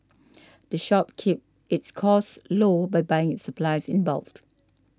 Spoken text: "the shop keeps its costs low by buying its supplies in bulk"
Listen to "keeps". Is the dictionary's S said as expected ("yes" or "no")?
no